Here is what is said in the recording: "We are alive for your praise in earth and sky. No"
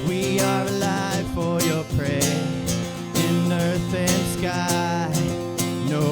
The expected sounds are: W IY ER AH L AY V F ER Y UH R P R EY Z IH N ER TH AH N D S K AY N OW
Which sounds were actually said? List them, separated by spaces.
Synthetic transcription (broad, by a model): W IY ER AH L AY V F ER Y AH R P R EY IH N ER TH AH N S K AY N OW